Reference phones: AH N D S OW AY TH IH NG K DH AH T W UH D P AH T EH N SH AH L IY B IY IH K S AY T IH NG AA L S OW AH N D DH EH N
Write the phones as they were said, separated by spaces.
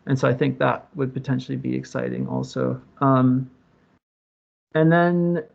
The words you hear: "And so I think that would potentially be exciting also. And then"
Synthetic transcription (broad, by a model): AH N S OW AY TH IH NG K DH AH T W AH D P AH T EH N SH L IY B IY IH K S AY T IH NG AA L S OW AH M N DH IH N